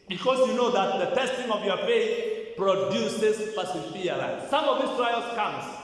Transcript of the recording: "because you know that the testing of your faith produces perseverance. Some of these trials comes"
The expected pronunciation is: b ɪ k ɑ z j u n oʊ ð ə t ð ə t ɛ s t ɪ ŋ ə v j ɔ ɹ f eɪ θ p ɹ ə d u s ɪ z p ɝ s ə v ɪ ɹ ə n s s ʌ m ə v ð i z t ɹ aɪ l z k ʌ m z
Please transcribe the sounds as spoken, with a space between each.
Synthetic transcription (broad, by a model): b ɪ k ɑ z j u n oʊ ð ə t ð ə t ɛ s t ɪ ŋ ə v j ɔ ɹ f eɪ θ p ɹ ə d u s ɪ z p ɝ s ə f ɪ ə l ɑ s ʌ m ə v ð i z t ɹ aɪ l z k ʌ m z